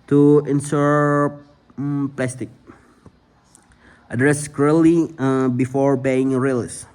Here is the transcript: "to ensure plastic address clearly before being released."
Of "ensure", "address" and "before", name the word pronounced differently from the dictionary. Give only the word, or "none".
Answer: ensure